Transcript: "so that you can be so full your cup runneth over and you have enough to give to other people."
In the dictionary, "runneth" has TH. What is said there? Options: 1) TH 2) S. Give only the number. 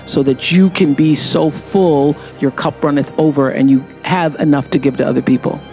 1